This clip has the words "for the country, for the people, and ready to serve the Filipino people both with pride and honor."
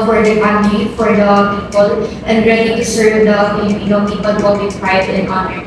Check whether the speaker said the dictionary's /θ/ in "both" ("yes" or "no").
no